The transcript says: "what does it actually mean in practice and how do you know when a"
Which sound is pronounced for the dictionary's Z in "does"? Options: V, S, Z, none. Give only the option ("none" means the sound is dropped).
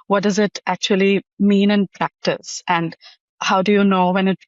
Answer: Z